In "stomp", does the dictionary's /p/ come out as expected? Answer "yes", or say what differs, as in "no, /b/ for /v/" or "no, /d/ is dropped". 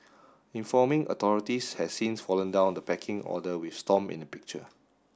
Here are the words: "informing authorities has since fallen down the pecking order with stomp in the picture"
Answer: no, /p/ is dropped